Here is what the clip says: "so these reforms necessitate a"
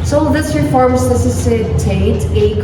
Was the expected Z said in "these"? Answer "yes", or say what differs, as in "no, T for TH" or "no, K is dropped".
no, S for Z